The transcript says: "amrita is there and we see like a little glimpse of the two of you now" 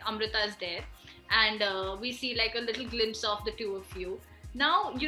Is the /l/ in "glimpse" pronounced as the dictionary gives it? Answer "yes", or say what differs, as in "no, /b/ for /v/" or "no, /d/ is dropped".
yes